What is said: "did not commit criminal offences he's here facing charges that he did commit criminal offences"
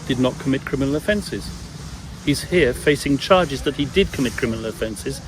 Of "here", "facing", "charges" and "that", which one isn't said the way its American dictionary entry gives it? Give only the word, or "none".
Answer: none